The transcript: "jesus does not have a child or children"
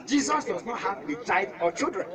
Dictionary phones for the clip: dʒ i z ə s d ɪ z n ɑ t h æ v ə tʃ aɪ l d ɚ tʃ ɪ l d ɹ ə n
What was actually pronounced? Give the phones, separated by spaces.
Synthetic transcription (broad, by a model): dʒ i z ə s d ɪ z n ɑ t h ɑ b ə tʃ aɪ d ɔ tʃ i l d ɹ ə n